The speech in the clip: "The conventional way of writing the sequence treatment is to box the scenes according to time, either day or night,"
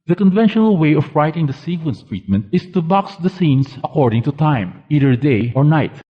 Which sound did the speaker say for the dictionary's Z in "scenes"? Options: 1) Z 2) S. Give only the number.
2